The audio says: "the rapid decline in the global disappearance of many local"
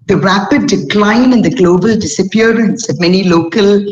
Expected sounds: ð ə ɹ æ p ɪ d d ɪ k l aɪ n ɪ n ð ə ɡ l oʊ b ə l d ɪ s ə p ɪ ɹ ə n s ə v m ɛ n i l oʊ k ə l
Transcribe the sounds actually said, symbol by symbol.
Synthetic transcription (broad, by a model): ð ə ɹ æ p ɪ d d ɪ k l aɪ n ɪ n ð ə ɡ l oʊ b ə l d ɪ s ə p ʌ ɹ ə n s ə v m ɛ n i l oʊ k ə l